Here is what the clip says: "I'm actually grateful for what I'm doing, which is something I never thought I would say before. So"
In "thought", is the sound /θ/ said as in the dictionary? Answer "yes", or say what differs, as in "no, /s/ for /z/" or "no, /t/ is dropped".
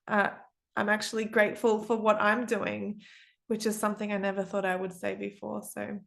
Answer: yes